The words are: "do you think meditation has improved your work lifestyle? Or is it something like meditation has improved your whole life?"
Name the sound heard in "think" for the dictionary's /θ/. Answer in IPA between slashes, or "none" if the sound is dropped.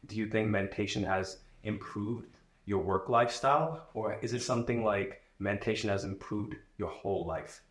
/θ/